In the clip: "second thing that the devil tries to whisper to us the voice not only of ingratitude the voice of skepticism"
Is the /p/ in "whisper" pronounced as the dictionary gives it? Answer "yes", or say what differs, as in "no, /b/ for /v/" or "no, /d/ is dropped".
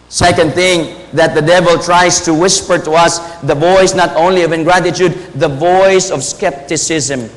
yes